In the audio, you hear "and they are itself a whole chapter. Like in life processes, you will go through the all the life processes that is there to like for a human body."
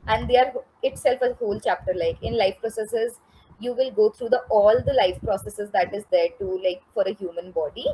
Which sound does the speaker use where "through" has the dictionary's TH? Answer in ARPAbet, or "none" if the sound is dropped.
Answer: T